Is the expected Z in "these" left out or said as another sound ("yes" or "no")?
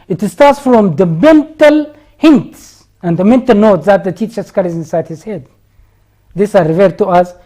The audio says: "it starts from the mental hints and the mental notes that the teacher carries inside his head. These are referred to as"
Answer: yes